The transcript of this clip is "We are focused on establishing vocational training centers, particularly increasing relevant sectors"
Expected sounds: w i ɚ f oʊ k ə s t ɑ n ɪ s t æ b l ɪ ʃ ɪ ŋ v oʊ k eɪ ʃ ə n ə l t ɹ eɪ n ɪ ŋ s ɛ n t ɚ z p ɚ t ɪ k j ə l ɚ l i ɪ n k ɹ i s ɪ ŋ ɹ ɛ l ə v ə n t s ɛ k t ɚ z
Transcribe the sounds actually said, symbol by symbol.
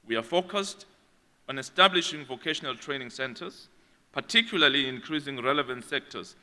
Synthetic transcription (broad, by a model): w i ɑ f oʊ k ə s t ɑ n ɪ s t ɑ b l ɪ ʃ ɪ ŋ v oʊ k eɪ ʃ ə n ə l t ɹ eɪ n ɪ ŋ s ɛ n t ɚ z p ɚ t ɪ k j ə l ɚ l i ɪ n k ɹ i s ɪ ŋ ɹ ɛ l ə v ə n t s ɛ k t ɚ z